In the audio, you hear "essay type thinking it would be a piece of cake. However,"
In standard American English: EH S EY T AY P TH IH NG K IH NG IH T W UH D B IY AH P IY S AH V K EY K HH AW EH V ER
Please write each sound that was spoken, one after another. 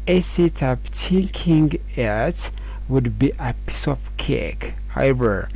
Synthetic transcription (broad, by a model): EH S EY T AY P T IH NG K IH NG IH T W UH D B IY AH P IY S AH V K EY K HH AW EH V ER